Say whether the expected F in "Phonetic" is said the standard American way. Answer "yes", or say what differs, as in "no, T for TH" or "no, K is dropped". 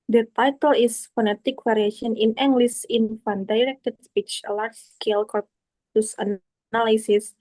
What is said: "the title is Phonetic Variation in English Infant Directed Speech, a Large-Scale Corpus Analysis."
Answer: yes